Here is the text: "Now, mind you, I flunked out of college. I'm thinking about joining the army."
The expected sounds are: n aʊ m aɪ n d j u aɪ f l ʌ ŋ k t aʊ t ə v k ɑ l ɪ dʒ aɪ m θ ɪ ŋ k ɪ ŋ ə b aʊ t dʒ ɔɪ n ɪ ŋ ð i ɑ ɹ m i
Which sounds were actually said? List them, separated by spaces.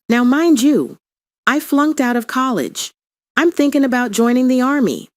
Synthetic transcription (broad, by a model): n aʊ m aɪ n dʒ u aɪ f l ʌ ŋ k t aʊ t ə v k ɑ l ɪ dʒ aɪ m θ ɪ ŋ k ɪ ŋ ə b aʊ t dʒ ɔɪ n ɪ ŋ ð i ɑ ɹ m i